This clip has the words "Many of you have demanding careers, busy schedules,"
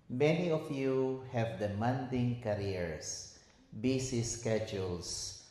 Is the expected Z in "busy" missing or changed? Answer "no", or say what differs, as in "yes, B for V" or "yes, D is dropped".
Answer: yes, S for Z